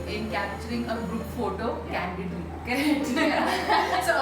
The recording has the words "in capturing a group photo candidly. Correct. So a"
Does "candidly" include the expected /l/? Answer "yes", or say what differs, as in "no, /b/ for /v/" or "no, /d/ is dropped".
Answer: no, /l/ is dropped